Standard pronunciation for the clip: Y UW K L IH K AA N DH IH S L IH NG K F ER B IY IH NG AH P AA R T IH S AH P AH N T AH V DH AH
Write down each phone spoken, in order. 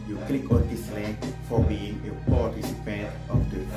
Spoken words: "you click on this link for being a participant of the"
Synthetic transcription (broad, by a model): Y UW K L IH K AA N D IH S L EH K F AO B IY IH NG AH P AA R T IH S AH P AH N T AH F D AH